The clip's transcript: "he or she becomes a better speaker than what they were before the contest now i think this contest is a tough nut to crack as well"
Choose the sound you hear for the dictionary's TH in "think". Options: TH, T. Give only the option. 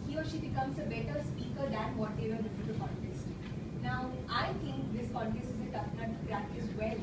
T